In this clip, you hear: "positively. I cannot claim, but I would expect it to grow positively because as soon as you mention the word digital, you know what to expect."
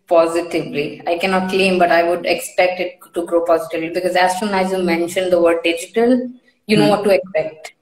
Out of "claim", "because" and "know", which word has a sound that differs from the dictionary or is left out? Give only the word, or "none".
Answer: none